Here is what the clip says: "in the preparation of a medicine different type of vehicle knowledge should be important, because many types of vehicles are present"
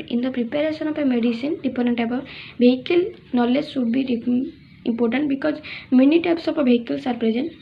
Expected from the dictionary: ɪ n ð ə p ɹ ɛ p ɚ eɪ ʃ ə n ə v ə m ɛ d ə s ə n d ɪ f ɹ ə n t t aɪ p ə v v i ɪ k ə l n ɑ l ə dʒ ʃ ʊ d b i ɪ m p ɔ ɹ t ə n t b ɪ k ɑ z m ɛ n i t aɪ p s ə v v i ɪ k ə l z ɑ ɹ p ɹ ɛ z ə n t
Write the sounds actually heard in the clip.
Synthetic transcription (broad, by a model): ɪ n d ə p ɹ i p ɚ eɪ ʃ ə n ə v ə m ɛ d ə s ə n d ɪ p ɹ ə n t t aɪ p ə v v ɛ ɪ k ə l n ɑ l ə dʒ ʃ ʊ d b i ɪ m p ɔ ɹ t ə n t b ɪ k ɑ z m ɛ n i t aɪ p s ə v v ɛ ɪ k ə l s ɑ ɹ p ɹ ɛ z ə n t